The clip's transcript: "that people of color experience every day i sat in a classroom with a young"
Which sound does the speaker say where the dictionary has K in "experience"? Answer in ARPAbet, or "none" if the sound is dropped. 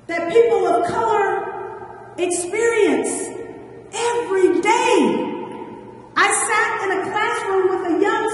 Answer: K